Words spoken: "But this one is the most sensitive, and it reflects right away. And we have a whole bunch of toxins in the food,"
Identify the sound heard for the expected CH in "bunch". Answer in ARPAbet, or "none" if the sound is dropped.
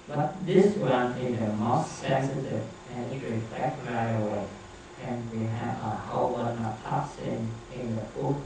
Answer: none